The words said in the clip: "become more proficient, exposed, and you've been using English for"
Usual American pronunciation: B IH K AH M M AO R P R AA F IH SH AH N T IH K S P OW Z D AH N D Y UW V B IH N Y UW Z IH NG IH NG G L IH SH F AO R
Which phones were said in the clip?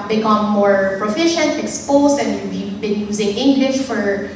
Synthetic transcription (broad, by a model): B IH K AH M M AO R P R AA F IH SH AH N T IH K S P OW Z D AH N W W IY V B IH N Y UW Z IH NG IH NG G L IH SH F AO R